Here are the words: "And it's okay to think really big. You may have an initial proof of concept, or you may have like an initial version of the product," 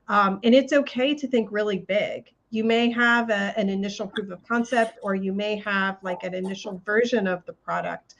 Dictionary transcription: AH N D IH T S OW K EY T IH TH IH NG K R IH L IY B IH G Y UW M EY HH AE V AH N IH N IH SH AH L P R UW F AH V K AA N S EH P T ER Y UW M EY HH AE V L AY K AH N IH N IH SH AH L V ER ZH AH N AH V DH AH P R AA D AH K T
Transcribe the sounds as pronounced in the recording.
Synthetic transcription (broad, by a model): AH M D IH T S OW K EY T IH TH IH NG K R IH L IY B IH G Y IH M EY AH V AH N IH N IH SH L P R UW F AH V K AA N S EH P T ER Y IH M EY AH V L AY K AH N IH N IH SH L V ER ZH AH N AH V DH AH P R AA D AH K T